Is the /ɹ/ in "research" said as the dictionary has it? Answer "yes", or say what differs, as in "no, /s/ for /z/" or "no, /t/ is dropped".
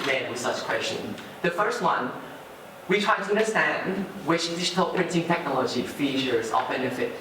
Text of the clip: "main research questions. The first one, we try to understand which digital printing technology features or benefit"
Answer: no, /w/ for /ɹ/